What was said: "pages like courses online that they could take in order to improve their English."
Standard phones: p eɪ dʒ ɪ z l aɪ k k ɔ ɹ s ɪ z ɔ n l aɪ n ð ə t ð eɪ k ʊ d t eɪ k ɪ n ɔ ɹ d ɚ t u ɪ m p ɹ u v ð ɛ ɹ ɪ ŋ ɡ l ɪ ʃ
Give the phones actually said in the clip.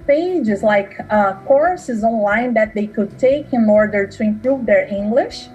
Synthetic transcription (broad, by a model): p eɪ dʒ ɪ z l aɪ k k ɔ ɹ s ɪ z ɔ n l aɪ n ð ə t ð eɪ k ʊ d t eɪ k ɪ n ɔ ɹ d ɚ t u ɪ m p ɹ u v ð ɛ ɹ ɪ ŋ ɡ l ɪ ʃ